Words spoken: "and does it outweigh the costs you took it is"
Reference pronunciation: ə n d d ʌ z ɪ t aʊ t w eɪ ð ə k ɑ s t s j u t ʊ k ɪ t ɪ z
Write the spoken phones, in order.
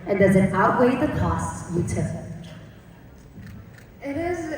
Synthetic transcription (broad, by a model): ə n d d ʌ z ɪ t aʊ t w eɪ ð ə k ɑ s t s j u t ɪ ɪ t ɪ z